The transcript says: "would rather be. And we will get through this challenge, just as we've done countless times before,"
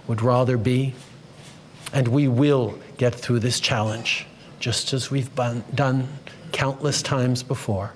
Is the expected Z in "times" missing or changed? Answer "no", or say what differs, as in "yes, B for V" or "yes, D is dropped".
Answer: no